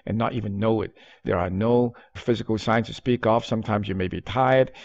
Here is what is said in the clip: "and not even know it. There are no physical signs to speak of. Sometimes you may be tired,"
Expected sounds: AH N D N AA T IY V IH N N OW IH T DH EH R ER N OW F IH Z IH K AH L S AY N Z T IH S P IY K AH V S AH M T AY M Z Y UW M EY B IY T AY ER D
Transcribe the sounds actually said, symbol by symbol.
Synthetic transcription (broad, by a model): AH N N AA T IY V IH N N OW IH T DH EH R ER N OW F IH Z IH K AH L S AY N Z T IH S P IY K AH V S AH M T AY M Z Y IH M EY B IY T AY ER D